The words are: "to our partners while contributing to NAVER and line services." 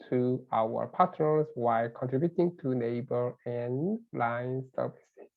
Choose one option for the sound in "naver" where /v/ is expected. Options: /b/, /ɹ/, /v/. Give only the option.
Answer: /b/